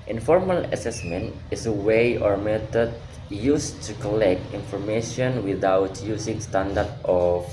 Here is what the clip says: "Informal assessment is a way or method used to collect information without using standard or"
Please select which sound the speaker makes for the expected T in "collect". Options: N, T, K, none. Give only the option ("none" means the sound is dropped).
T